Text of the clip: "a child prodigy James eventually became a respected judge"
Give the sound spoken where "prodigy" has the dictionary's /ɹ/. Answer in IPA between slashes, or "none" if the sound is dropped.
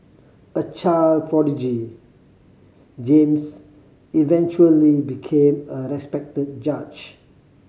/ɹ/